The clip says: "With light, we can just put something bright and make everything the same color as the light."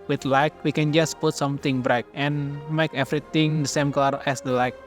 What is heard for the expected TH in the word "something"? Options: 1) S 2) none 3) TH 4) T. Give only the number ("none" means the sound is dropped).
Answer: 4